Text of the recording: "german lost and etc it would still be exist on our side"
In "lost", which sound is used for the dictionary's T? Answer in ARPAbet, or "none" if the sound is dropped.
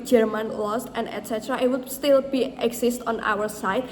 T